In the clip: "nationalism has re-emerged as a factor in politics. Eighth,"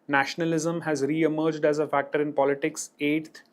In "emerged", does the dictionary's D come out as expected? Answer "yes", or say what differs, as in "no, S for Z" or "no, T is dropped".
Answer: yes